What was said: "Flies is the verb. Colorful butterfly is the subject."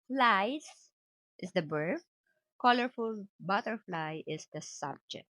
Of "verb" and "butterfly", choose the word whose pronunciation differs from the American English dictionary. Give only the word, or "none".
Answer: verb